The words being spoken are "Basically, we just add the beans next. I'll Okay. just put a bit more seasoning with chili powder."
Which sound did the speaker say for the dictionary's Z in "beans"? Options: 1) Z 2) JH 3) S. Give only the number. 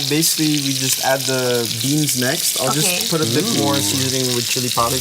1